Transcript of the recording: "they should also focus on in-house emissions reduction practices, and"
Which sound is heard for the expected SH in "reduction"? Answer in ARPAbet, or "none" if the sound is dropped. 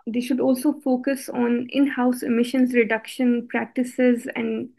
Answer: SH